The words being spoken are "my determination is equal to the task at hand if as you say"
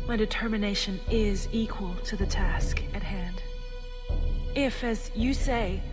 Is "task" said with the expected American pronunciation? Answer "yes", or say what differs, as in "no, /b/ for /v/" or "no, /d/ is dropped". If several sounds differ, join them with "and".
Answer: yes